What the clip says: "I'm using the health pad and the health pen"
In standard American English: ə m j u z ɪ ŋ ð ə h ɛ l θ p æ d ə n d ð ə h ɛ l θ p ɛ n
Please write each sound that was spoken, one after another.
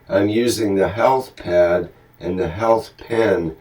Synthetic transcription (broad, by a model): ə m j u z ɪ ŋ ð ə h ɛ l θ p æ d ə n ð ə h ɛ l θ p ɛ n